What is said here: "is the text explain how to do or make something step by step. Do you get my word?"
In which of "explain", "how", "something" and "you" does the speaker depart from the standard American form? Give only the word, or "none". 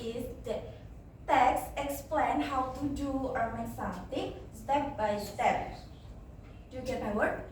something